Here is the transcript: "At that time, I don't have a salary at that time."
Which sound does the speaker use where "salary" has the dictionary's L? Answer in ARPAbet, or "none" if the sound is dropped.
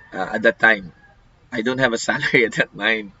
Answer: L